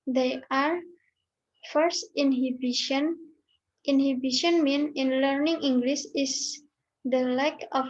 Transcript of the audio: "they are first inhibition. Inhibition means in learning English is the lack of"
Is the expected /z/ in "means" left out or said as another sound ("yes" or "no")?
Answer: yes